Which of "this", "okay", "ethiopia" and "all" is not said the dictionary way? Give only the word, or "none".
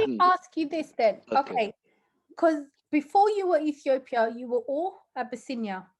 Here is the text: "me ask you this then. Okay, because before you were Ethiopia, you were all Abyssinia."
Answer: none